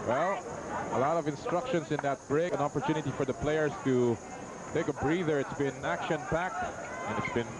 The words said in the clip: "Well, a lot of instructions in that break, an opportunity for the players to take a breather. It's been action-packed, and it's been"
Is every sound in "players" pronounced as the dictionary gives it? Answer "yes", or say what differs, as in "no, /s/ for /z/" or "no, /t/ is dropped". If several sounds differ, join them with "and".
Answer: no, /s/ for /z/